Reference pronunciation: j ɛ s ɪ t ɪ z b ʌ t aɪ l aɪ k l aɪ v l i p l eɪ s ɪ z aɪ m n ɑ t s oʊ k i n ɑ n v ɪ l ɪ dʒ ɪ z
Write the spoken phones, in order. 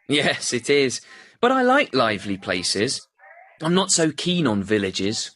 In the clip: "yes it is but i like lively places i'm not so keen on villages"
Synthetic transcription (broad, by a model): j ɛ s ɪ t ɪ z b ʌ t aɪ l aɪ k l aɪ v l i p l eɪ s ɪ z aɪ m n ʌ t s oʊ k i n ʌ n v ɪ l ɪ dʒ ɪ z